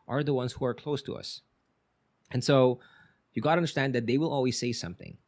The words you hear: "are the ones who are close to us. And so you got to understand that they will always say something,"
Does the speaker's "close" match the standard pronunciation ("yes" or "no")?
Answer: yes